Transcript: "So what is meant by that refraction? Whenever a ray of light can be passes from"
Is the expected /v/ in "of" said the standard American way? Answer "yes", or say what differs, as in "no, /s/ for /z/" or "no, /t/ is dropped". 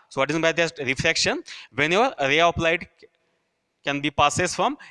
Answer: no, /p/ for /v/